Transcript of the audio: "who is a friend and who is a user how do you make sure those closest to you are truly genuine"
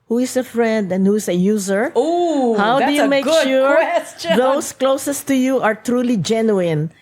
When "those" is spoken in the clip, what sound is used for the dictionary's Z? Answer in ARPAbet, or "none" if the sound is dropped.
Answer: S